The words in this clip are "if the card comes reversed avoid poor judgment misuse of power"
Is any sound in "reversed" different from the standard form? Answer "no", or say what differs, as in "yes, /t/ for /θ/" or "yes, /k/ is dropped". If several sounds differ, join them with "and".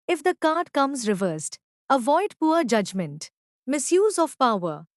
no